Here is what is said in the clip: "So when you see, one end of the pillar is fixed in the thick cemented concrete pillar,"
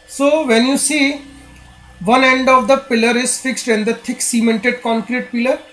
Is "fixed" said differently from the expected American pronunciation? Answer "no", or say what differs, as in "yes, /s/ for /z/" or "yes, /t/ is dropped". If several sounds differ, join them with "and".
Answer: no